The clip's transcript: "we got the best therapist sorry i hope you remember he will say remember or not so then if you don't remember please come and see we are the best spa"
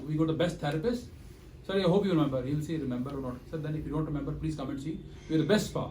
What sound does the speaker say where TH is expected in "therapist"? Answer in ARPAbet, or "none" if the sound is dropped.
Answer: T